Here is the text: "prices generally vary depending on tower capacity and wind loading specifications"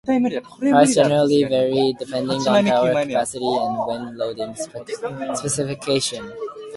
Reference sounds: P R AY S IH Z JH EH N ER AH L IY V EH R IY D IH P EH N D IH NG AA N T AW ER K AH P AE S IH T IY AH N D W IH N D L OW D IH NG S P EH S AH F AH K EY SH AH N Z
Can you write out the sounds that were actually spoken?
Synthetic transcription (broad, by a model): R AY IH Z JH EH N ER AH L IY V EH R IY D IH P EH N D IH NG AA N AW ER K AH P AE S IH T IY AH N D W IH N L OW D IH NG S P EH S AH F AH K EY SH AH N